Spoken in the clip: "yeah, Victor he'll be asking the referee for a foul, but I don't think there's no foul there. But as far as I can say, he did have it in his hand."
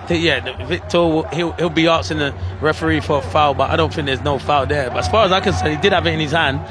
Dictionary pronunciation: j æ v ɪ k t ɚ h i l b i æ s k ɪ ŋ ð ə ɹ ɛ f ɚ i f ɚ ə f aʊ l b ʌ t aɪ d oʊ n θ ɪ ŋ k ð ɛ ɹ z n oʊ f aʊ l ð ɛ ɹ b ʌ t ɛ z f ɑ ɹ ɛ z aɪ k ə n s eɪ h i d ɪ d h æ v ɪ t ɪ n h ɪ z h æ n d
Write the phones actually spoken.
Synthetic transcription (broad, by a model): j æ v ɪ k t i h i l b i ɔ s ɪ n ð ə ɹ ɛ f ɚ i f ɚ ə f aʊ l b ʌ t aɪ d oʊ n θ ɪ ŋ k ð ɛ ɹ z n oʊ f aʊ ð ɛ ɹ b ʌ t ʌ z f ɑ ɹ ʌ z aɪ k ə n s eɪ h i d ɪ d h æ v ɪ t ɪ n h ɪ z h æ n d